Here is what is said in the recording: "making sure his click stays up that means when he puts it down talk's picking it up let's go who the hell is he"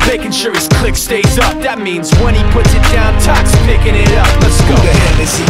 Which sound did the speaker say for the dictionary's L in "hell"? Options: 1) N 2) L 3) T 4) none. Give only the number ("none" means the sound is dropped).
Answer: 1